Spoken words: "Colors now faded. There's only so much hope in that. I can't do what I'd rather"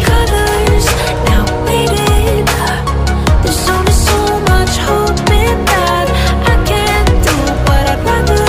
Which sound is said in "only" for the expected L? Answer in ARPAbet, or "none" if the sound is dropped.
none